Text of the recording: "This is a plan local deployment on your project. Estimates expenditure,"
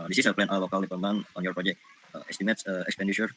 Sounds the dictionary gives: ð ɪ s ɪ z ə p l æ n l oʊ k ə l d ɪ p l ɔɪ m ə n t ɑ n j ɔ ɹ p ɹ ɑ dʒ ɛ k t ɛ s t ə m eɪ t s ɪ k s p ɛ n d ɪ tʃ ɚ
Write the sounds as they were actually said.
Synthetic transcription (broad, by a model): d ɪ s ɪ s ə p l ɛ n l oʊ k ə l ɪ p ɔɪ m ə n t ɑ n j ɔ ɹ p ɹ ɑ dʒ ɛ k t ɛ s t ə m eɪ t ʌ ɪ k s p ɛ n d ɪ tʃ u